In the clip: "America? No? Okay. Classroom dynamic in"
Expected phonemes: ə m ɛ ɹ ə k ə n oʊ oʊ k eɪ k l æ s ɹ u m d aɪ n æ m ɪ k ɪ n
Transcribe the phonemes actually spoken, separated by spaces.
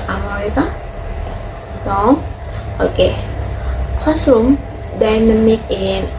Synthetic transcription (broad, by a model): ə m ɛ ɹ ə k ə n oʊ oʊ k eɪ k ɔ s u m d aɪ n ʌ m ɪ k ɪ n